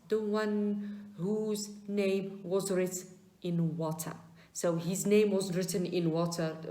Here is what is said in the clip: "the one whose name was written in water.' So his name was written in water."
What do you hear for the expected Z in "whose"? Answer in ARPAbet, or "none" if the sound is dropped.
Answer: Z